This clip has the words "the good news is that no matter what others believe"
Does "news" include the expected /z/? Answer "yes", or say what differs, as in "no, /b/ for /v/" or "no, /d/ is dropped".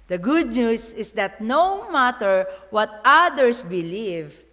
no, /s/ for /z/